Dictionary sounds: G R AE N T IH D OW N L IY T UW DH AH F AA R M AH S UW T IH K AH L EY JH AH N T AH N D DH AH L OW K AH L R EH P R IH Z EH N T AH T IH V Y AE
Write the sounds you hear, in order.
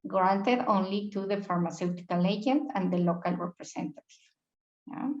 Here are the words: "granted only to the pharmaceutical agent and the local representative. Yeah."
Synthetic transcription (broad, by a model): G R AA N T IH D OW N L IY T UW DH AH F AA R M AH S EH T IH K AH L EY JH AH N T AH N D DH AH L OW K AH L R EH P R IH S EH N T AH T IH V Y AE